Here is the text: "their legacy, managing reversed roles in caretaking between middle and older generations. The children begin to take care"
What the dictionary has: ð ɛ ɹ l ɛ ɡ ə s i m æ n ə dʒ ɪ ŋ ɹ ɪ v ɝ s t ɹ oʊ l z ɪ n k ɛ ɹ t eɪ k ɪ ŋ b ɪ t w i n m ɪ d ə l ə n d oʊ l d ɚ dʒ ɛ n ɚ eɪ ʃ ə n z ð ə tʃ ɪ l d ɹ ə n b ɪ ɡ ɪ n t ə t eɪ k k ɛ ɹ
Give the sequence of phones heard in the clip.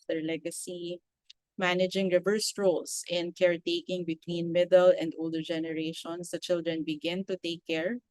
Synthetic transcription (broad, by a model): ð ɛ ɹ l ɛ ɡ ə s i m æ n ə dʒ ɪ ŋ ɹ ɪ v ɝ s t ɹ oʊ l s ɪ n k ɛ ɹ t eɪ k ɪ ŋ b ɪ t w i n m ɪ d ə l ə n d oʊ l d ɚ dʒ ɛ n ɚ eɪ ʃ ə n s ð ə tʃ ɪ l d ɹ ə n b ɪ ɡ ɪ n t ə t eɪ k k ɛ ɹ